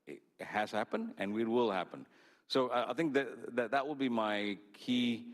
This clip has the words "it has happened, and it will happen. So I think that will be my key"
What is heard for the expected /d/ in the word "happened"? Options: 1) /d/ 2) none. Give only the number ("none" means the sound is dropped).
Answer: 1